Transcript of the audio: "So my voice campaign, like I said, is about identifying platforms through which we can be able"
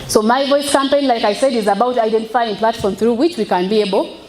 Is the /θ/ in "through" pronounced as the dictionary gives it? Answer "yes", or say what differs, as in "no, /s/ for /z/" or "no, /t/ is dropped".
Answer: yes